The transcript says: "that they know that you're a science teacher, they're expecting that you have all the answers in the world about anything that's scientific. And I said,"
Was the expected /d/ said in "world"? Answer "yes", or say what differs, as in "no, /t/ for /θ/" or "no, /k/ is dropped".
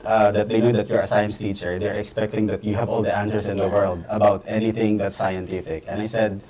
yes